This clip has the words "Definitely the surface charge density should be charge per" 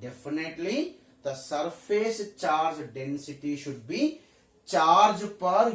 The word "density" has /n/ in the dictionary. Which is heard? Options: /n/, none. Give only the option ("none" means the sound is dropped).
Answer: /n/